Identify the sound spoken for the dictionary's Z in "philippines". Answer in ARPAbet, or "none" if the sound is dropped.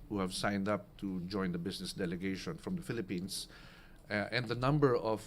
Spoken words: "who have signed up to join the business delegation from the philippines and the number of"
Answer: S